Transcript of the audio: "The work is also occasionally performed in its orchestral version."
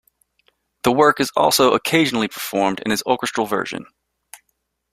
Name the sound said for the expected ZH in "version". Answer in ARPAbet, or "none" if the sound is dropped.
ZH